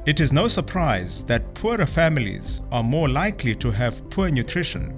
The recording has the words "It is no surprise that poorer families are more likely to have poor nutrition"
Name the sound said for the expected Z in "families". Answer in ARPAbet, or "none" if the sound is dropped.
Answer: Z